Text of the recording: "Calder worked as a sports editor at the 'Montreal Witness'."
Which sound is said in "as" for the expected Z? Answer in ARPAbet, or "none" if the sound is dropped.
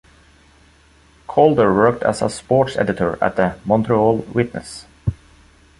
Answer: S